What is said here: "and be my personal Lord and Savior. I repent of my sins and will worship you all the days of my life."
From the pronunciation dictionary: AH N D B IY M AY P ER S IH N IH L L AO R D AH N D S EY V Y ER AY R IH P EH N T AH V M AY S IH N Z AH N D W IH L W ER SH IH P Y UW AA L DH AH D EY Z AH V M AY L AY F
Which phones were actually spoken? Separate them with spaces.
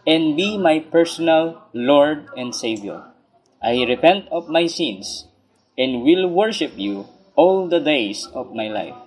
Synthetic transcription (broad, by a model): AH N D B IY M AY P ER S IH N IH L L AO R D AH N D S EY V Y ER AY R IH P EH N T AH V M AY S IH N S AH N D W IH L W ER SH IH P Y UW AA L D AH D EY S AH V M AY L AY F